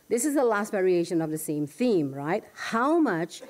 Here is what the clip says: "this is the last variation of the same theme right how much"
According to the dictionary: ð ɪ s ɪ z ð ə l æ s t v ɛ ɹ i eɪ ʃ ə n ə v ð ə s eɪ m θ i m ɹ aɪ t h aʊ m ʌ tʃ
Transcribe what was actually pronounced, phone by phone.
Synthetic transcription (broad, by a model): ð ɪ s ɪ z ð ə l æ s t v ɛ ɹ i eɪ ʃ ə n ə v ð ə s eɪ m θ i m ɹ aɪ t h aʊ m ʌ tʃ